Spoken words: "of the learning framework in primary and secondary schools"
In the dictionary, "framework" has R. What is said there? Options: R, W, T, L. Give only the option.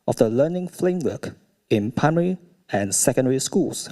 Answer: L